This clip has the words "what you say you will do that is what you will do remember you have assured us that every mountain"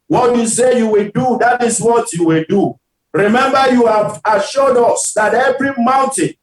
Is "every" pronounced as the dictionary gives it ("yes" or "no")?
yes